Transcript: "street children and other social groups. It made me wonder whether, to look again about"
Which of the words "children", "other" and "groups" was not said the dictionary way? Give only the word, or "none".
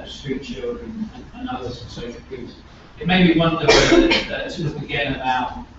groups